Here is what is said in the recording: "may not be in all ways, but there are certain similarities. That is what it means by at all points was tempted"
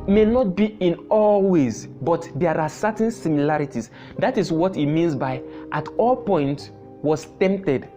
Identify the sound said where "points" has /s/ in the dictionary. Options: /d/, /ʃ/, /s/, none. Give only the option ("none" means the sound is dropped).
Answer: none